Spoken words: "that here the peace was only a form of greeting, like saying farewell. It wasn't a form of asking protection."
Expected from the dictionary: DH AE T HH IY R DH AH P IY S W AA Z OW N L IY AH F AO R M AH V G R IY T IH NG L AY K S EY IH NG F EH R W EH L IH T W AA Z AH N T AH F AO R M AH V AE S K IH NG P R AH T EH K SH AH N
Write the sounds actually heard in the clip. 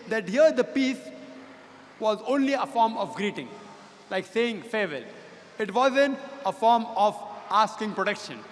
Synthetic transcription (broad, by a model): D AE T HH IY R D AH P IY S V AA Z OW N L IY AH F AO R M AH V G R IY T IH NG L AY K S EY IH NG F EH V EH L IH T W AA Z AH N T AH F AO R M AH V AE S K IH NG P R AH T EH K SH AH N